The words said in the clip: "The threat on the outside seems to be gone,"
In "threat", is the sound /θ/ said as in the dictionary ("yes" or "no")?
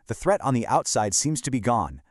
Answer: yes